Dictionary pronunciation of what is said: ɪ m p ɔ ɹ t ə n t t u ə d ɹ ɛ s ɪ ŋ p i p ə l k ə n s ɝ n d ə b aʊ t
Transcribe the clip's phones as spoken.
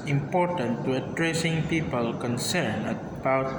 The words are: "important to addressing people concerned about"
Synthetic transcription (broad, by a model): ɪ m p ɔ ɹ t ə n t t u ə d ɹ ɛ s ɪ ŋ p i p ə l k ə n s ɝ n ə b aʊ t